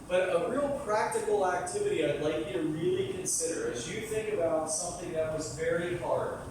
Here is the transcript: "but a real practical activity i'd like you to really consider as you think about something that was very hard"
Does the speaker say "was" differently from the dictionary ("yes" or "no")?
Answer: no